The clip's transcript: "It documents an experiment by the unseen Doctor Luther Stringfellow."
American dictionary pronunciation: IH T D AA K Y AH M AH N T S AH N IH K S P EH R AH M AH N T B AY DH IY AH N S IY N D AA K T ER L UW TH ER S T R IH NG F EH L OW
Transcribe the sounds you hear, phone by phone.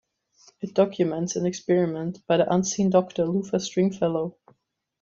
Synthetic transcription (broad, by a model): IH T D AA K Y AH M AH N T S AH N IH K S P EH R AH M AH N T B AY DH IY AH N S IY N D AA K T ER L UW F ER S T R IH NG F EH L OW